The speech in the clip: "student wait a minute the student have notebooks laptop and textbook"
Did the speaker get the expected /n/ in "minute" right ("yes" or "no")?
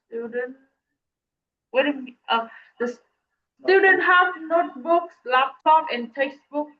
no